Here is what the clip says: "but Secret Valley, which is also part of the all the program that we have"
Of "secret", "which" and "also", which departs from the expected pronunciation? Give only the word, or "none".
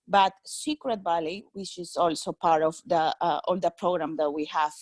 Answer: none